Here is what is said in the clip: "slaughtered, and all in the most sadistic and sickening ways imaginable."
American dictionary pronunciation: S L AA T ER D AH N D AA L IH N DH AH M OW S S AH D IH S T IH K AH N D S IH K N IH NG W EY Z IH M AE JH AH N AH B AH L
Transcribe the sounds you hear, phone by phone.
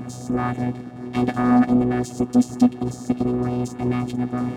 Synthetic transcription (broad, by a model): S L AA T ER D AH N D AA L IH N DH AH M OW S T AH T IH S T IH K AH N S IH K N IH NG W EY Z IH M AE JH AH N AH B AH L